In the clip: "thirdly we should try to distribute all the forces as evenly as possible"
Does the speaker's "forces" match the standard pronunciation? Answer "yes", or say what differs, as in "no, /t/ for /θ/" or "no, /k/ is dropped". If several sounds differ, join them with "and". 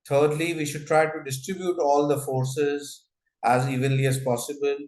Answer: yes